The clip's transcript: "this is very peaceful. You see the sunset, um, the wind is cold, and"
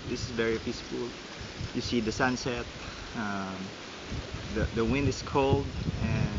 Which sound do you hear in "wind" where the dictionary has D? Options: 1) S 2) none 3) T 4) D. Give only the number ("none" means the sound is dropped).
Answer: 4